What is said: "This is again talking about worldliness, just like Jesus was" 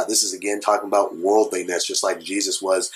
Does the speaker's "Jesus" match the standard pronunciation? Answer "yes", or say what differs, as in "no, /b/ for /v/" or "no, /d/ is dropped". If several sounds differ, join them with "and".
yes